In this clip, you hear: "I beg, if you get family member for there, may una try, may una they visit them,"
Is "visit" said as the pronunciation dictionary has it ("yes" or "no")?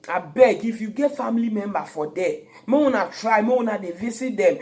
no